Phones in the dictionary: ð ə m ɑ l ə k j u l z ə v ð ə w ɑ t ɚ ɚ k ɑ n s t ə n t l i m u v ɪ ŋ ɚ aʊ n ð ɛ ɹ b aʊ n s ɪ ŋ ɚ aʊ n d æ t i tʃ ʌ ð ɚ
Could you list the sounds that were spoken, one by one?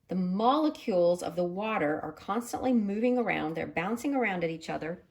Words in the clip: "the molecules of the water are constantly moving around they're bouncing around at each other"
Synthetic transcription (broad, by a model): ð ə m ɑ l ə k j u l z ə v ð ə w ɑ t ɚ ɚ k ɑ n s t ə n t l i m u v ɪ ŋ ɚ aʊ n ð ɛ ɹ b aʊ n s ɪ ŋ ɚ aʊ n d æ t i tʃ ʌ ð ɚ